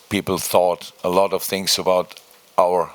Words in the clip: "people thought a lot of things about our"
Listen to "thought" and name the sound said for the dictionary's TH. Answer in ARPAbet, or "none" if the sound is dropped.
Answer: TH